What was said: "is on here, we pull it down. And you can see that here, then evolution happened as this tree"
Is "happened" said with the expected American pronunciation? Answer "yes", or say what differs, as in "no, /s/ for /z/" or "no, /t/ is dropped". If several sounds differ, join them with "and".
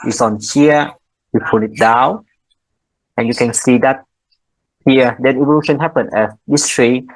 no, /d/ is dropped